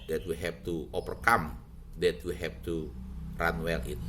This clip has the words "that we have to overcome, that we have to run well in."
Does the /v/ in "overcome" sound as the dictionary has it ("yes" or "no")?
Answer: no